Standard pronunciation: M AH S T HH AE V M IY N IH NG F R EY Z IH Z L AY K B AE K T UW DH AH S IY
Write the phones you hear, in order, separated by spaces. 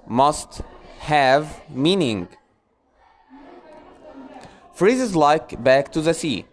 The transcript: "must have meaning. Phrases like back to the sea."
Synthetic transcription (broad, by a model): M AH S T HH AE V M IY N IH NG F R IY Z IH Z L AY K B AE K T UW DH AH S IY